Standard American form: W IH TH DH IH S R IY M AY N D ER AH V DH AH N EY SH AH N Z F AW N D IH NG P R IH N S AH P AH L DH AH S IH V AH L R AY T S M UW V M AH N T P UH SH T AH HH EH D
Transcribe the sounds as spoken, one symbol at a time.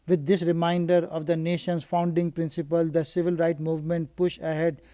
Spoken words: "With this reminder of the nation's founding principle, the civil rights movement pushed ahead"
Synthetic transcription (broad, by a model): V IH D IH S R IY M AY N D ER AH V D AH N EY SH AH N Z F AW N D IH NG P R IH N S AH P AH L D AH S IH V AH L R AY T M UW V M AH N T P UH SH AH HH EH D